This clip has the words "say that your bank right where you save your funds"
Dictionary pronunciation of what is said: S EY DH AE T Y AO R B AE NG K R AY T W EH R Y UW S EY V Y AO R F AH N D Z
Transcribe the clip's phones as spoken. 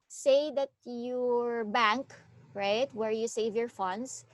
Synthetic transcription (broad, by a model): S EY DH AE T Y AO R B AE NG K R AY T W EH R Y UW S EY V Y AO R F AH N D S